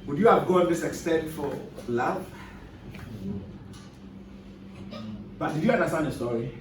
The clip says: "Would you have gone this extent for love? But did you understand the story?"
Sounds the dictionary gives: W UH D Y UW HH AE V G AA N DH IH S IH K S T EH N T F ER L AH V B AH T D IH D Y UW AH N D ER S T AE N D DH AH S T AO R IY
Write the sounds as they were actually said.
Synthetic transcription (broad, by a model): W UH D Y UW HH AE V G AA N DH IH S IH K S T EH N T F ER L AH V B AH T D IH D Y UW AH N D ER S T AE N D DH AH S T AO R IY